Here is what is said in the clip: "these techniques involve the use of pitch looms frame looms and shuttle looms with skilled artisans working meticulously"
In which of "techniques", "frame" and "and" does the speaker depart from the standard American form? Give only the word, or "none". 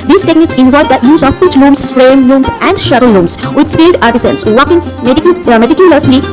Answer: none